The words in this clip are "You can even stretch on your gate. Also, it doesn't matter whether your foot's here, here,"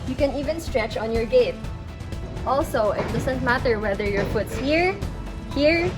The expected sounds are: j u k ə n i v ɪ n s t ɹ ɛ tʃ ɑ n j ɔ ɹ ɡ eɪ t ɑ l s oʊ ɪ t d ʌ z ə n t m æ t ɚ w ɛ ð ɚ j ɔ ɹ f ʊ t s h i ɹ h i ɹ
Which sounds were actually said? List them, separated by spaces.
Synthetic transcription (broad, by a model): j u k ə n i v ɪ n s t ɹ ɛ tʃ ɑ n j ɔ ɹ ɡ eɪ t ɑ l s oʊ ɪ t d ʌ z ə n t m æ t ɚ w ɛ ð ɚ j ɔ ɹ f ʊ t s h i ɹ h i ɹ